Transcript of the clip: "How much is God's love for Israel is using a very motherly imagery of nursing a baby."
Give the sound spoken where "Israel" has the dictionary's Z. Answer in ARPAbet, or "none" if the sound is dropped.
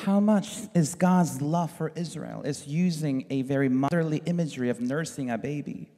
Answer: Z